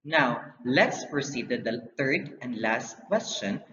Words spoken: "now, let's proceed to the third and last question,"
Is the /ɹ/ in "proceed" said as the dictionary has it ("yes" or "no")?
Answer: yes